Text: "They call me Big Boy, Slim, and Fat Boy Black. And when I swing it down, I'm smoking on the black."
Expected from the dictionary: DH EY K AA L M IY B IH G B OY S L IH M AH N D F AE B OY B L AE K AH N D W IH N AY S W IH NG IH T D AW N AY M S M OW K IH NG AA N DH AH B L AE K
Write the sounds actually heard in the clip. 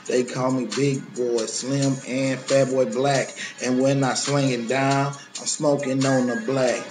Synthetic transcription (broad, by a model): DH EY K AA L M IY B IH G B OY S L IH M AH N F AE B OY B L AE K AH N W IH N AY S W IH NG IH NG D AW N AY M S M OW K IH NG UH N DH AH B L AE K